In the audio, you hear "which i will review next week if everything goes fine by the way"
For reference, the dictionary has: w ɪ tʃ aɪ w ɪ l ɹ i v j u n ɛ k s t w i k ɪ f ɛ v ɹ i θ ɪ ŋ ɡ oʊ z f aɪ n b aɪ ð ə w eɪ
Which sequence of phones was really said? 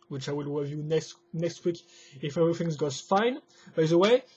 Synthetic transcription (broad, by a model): w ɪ tʃ aɪ w ɪ l w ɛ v j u n ɛ k s t w i k ɪ f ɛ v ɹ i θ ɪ ŋ ɡ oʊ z f aɪ n b aɪ ð ə w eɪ